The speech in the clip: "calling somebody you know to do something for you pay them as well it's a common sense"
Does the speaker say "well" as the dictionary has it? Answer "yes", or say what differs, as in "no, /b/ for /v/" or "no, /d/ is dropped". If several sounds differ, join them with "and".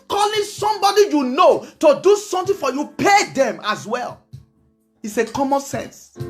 yes